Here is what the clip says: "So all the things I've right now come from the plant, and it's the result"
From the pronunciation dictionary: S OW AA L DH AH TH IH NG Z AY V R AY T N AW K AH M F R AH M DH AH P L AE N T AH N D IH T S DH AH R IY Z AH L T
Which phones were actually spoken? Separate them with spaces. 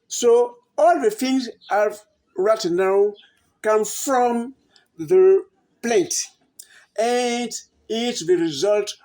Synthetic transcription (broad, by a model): S OW AA L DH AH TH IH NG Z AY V R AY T N AW K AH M F R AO M DH AH P L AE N T AH N D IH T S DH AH R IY Z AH L T